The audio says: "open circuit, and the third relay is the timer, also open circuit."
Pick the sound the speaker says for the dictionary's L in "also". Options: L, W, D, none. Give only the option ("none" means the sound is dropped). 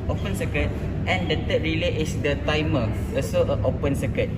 none